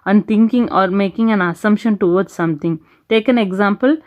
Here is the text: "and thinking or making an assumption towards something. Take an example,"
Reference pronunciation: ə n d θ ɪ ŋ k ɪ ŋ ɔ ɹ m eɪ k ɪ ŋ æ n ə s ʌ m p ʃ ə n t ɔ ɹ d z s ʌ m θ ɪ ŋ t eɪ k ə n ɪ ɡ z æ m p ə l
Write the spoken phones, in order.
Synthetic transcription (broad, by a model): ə n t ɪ ŋ k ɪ ŋ ɔ ɹ m eɪ k ɪ ŋ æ n ə s ʌ m p ʃ ə n t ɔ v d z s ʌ m t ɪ ŋ t eɪ k ə n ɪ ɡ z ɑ m p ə l